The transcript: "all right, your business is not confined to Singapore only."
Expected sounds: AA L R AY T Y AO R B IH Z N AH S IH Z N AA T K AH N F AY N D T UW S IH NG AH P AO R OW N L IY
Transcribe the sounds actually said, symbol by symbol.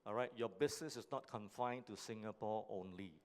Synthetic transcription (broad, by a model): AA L R AY T Y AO B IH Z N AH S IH S N AA T K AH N F AY N T UW S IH NG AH P AO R OW N L IY